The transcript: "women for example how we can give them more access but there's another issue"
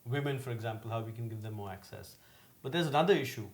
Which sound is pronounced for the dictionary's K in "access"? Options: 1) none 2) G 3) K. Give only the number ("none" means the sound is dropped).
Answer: 3